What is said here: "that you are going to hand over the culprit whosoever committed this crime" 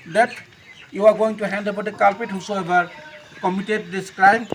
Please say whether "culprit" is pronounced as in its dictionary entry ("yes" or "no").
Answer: no